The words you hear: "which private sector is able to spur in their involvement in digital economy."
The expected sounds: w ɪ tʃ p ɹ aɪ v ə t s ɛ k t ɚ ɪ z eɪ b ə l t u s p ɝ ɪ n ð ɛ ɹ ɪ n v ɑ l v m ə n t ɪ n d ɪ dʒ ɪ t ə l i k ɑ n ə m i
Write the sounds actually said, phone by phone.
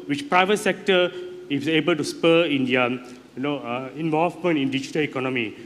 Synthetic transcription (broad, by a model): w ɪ tʃ p ɹ aɪ v ə t s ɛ k t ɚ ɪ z eɪ b ə l t u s p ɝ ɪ n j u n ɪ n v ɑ v m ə n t ɪ n d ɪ dʒ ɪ t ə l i k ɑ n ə m i